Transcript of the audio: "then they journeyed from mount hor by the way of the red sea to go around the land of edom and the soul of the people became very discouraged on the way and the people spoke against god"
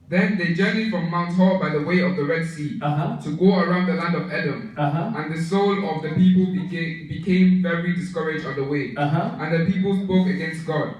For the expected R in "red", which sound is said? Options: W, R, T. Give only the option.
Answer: R